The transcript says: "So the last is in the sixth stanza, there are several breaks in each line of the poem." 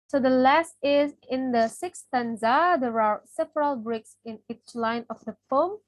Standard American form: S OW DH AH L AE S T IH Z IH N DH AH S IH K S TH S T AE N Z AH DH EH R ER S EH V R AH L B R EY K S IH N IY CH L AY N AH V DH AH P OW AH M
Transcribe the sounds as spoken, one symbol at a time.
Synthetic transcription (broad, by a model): S OW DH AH L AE S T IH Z IH N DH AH S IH K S S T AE N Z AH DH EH R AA S EH V R AH L B R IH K S IH N IY CH L AY N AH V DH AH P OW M